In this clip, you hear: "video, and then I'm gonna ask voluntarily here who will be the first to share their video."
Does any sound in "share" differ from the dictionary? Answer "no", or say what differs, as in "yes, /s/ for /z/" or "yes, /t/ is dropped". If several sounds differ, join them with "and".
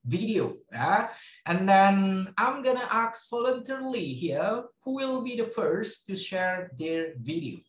no